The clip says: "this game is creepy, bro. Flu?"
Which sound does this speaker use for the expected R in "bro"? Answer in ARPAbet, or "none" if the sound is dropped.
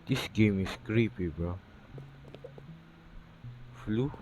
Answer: none